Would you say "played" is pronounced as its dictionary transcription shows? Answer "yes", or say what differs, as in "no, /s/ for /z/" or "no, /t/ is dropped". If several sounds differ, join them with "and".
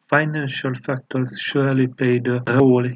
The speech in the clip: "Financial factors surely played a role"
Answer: no, /l/ is dropped